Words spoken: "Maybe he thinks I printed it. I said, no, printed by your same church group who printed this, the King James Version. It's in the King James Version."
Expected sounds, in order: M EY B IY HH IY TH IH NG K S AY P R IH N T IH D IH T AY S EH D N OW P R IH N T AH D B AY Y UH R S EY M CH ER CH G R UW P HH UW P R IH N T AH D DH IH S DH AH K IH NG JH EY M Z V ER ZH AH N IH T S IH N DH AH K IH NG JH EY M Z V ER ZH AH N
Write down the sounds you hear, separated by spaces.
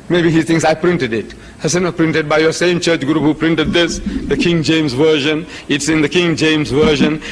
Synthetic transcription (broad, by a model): M EY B IY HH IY T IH NG S AY P R IH N T IH D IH T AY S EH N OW P R IH N T AH D B AY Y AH S EY M CH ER CH G R UW P HH UW P R IH N T AH D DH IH S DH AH K IH NG JH EY M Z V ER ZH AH N IH T S IH N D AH K IH NG JH EY M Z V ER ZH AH N